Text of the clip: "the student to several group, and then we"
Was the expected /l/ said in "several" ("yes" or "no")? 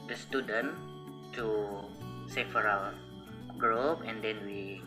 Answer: no